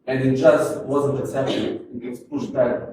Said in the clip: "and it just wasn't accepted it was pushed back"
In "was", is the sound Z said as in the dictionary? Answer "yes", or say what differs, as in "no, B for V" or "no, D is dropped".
no, S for Z